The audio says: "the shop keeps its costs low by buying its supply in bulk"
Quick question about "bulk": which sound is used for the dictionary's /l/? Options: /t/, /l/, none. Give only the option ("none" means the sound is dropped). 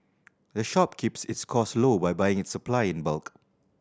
/l/